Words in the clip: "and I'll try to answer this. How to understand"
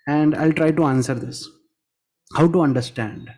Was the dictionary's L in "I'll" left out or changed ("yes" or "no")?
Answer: no